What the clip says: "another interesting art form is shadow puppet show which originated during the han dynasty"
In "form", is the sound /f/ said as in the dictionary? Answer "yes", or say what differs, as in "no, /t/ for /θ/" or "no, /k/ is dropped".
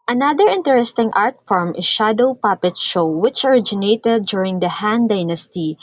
yes